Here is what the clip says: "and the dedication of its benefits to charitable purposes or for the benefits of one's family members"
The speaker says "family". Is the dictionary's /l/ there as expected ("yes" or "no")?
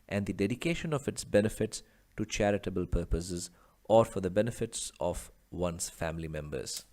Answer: yes